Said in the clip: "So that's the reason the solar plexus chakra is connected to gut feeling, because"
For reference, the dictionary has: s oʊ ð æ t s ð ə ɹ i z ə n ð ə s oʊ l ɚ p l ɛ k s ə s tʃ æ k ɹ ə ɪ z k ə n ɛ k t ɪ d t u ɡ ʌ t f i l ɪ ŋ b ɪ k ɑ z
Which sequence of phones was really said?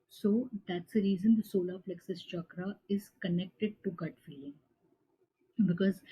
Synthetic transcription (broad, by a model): s oʊ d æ t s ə ɹ i z ə n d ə s oʊ l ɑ f l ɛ k s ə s tʃ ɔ k ɹ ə ɪ z k ə n ɛ k t ɪ d t u ɡ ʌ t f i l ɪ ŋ b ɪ k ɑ z